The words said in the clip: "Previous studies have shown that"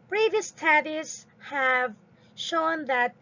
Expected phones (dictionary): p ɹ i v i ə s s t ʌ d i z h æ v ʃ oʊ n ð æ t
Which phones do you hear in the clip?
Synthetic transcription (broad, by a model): p ɹ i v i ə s s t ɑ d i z h æ v ʃ oʊ n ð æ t